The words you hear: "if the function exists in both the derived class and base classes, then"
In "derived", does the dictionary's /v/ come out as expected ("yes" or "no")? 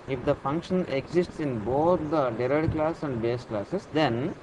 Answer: no